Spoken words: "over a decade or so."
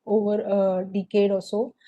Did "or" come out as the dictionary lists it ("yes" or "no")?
no